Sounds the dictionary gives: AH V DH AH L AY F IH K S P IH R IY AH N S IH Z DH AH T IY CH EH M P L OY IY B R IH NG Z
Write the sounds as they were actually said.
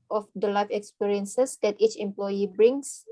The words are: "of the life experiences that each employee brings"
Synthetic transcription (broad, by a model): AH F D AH L AY F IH K S P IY R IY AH N S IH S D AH T IY CH EH M P L OY IY B R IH NG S